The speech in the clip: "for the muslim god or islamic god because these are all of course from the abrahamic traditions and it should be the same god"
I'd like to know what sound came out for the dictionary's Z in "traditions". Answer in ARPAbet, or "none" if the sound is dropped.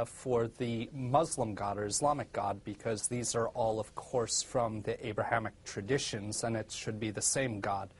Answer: Z